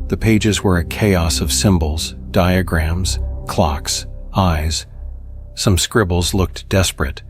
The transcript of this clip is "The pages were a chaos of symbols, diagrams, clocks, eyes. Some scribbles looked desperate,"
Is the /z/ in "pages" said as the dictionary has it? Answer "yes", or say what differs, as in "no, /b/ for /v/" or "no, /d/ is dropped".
yes